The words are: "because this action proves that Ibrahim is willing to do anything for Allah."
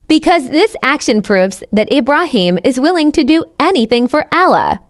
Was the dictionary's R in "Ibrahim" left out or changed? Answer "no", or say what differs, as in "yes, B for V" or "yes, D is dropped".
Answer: no